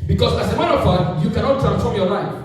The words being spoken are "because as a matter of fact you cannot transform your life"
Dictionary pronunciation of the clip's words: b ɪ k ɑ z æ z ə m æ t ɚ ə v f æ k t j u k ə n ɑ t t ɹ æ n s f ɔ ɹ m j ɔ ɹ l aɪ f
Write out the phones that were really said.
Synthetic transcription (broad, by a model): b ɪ k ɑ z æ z ə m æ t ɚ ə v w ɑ t j u k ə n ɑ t t ɹ æ n s f ɔ ɹ m j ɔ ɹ l aɪ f